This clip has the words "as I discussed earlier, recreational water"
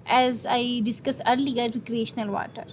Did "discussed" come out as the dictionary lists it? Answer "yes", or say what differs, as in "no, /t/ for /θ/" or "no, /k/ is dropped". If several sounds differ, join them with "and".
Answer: no, /t/ is dropped